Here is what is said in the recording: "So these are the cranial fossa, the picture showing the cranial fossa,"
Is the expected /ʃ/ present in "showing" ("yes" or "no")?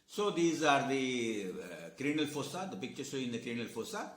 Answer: no